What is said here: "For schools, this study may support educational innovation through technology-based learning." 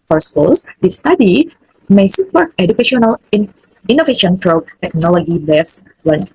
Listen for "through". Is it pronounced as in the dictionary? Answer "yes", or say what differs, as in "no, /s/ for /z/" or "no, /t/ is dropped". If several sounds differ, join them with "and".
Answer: no, /t/ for /θ/